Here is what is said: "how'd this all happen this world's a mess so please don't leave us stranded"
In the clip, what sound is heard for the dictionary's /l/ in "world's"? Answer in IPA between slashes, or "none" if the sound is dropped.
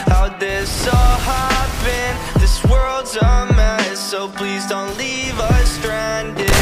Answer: /l/